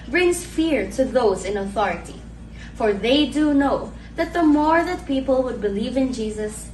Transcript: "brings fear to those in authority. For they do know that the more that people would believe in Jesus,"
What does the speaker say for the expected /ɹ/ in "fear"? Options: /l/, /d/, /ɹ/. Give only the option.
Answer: /ɹ/